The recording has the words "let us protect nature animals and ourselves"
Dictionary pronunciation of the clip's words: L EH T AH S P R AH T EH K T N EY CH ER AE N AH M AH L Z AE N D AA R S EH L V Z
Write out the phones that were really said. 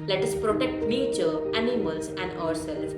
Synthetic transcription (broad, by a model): L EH T AH S P R AH T EH K T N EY CH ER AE N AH M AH L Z AE N D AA R S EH L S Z